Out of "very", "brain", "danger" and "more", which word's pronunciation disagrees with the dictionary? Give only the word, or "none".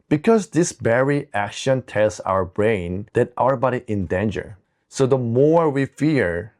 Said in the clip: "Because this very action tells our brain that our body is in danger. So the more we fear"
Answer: very